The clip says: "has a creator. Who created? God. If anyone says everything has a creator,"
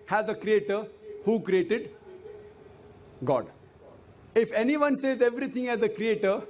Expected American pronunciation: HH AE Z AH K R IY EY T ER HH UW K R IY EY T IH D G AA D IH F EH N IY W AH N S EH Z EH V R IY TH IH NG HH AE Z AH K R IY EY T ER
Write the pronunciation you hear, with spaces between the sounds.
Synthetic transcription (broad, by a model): HH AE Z AH K R IY EY T ER HH UW K R IY EY T IH D G AA D IH F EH N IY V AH N S EH Z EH V R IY T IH NG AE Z AH K R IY EY T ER